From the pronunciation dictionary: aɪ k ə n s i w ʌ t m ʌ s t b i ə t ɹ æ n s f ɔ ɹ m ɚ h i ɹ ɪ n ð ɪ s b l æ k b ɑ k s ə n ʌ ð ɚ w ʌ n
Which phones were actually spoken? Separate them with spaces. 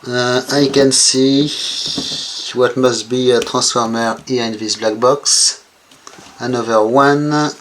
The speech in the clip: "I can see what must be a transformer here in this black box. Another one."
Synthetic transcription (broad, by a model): aɪ k ə n s i w ʌ t m ʌ s t b i ə t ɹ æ s f ɔ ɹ m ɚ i ɪ n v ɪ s b l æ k b ɑ k s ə n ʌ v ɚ w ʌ n